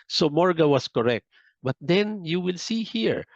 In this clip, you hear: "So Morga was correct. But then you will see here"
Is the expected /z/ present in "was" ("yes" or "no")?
no